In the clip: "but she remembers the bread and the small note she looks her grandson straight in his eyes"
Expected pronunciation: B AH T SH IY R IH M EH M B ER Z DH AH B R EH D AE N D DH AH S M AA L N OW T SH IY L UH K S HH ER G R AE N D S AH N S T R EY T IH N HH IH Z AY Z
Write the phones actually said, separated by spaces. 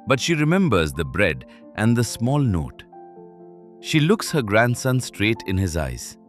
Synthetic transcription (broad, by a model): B AH T SH IY R IH M EH M B ER Z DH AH B R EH D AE N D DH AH S M AA L N OW T SH IY L UH K S HH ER G R AE N D S AH N S T R EY T IH N HH IH Z AY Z